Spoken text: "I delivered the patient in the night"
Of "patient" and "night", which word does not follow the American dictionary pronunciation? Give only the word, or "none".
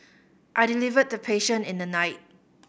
patient